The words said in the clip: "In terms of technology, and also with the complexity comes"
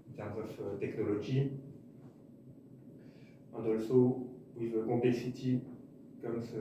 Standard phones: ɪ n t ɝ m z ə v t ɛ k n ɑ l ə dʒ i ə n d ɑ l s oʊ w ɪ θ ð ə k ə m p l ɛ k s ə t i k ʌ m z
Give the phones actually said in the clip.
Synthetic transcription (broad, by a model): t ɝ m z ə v t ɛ k n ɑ l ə ʒ i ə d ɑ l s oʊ w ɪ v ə k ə p l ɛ k s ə t i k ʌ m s